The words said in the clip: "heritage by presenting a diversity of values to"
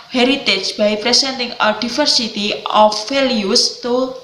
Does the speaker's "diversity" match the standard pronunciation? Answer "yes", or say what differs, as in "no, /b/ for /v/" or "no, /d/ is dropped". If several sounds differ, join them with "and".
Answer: no, /f/ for /v/